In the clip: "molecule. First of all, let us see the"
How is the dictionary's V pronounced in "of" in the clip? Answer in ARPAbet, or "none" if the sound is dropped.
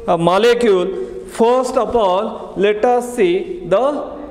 P